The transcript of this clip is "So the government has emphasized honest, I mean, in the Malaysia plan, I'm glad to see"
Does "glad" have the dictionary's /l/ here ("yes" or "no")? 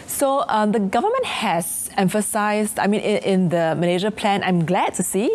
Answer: yes